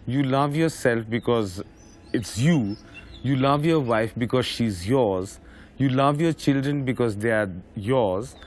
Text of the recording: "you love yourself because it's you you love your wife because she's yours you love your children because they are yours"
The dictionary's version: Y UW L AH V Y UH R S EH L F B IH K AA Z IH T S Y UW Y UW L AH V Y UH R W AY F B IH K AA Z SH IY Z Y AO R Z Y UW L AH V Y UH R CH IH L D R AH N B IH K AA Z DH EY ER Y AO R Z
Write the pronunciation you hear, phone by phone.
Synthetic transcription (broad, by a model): Y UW L AH V Y UH R S EH L F B IH K AA Z IH T S Y UW Y UW L AH V Y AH R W AY F B IH K AA Z SH IY Z Y AO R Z Y UW L AH V Y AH R CH IH L D R AH N B IH K AA Z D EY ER Y AO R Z